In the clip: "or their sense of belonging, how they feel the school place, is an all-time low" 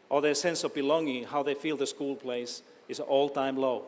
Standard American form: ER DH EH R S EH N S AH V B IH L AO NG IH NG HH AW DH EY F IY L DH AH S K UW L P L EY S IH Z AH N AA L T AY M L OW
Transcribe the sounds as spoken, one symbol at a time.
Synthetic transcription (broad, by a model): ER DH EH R S EH N S AH V B IH L AO NG IH NG HH AW DH EY F IY L DH AH S K UW L P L EY IH S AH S AA L T AY M L OW